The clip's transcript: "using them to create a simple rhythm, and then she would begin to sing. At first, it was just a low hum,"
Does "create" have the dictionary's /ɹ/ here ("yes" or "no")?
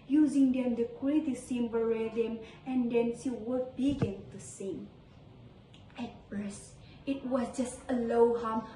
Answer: no